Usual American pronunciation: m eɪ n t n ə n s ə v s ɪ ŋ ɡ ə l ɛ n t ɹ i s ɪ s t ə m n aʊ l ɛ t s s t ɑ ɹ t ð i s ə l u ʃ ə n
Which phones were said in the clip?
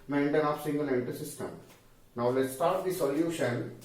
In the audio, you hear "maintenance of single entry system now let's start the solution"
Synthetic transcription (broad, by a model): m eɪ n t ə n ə p s ɪ ŋ ɡ ə l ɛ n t i s ɪ s t ə m n aʊ l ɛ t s s t ɑ ɹ t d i s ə l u ʃ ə n